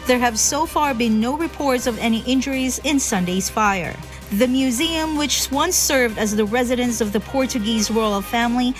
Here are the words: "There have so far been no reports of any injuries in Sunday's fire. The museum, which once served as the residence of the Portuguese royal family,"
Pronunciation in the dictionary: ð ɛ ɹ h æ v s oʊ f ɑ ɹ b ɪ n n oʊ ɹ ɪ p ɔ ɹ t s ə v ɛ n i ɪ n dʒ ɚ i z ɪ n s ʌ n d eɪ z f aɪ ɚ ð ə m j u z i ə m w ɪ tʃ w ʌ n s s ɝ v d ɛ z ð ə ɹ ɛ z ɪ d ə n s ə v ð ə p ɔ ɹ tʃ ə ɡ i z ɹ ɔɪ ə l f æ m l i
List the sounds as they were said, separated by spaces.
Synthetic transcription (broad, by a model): ð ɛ ɹ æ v s oʊ f ɑ ɹ b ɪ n n oʊ ɹ ɪ p ɔ ɹ t s ə v ɛ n i ɪ n dʒ ɚ i z ɪ n s ʌ n d eɪ z f aɪ ɚ ð ə m j u z i ə m w ɪ tʃ w ʌ n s s ɝ v d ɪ z ð ə ɹ ɛ z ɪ d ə n s ə v ð ə p ɔ ɹ tʃ ə ɡ i z w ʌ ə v f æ m l i